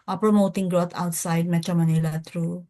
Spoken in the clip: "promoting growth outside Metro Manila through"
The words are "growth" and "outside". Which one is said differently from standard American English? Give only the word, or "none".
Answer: growth